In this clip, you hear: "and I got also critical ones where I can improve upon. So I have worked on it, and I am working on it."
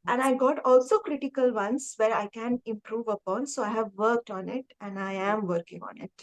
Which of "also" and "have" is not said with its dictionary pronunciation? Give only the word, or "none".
none